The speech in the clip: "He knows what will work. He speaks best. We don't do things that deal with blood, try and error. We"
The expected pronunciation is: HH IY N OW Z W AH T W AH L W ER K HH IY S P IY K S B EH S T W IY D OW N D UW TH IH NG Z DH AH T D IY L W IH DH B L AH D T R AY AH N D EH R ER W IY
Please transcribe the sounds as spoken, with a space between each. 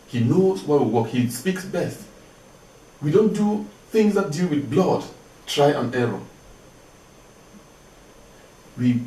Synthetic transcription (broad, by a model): HH IY N OW Z W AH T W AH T HH IY S P IY K S B EH S T W IY D OW N D UW TH IH NG Z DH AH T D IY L W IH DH B L AH D T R AY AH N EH R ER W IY